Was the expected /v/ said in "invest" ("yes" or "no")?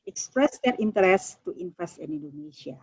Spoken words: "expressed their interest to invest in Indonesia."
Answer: no